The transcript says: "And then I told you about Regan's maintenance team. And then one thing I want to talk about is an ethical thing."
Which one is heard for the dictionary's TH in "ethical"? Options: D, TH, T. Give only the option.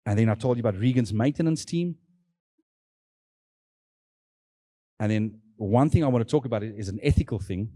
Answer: TH